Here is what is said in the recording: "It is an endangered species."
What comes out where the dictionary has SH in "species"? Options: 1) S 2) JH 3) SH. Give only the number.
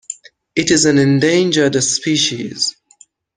3